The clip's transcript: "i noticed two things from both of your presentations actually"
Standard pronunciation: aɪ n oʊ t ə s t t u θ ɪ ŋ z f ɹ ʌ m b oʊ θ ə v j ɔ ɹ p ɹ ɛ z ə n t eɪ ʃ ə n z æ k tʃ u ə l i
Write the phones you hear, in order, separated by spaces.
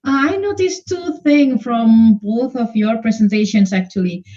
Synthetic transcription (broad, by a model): aɪ n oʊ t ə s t t u θ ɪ ŋ f ɹ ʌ m b oʊ θ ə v j ɔ ɹ p ɹ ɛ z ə n t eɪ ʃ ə n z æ k tʃ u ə l i